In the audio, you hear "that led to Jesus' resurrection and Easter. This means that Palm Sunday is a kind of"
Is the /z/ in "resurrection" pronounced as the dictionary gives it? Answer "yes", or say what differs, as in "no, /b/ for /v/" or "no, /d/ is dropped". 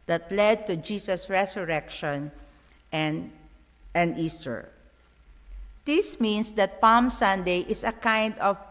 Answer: no, /s/ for /z/